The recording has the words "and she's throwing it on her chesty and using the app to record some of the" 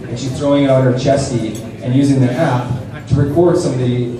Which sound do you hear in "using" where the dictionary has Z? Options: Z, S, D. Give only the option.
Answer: Z